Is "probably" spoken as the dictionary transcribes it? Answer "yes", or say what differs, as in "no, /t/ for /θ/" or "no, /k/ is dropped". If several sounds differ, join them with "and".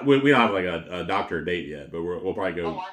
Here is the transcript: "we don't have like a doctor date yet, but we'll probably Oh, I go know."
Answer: yes